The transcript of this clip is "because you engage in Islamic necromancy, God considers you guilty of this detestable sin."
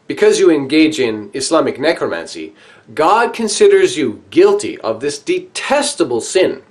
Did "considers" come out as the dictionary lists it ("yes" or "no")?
yes